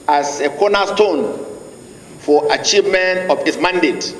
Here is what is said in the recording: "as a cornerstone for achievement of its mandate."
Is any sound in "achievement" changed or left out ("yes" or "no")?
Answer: no